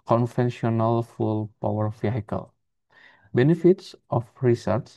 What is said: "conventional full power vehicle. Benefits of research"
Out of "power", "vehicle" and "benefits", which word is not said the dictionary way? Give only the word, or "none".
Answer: vehicle